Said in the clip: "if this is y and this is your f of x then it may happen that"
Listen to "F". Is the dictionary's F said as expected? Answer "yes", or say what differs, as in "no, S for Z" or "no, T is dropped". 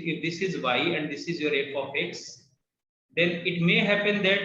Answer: no, P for F